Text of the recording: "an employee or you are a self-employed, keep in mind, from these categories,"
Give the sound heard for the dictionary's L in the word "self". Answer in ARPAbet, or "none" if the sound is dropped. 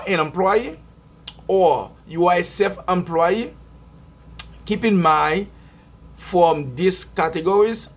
none